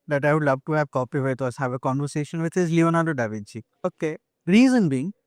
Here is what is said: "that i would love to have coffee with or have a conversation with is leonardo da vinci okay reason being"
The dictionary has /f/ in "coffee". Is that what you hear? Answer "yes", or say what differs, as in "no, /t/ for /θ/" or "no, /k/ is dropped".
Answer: no, /p/ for /f/